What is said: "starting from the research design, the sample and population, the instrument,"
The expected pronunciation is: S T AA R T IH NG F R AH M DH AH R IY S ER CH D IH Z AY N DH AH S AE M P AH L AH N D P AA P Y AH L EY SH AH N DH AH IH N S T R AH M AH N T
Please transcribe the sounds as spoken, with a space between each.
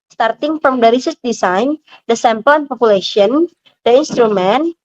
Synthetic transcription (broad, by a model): S T AA R T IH NG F R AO M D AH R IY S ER S D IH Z AY N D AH S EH M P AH L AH N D P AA P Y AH L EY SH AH N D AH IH N S T R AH M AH N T